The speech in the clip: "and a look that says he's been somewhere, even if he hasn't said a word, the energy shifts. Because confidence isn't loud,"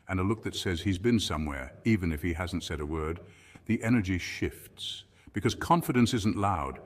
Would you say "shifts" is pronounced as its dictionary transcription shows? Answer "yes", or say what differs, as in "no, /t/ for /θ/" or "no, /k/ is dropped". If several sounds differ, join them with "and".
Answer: yes